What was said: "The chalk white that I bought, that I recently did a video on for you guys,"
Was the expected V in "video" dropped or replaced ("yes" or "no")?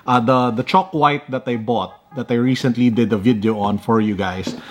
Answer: no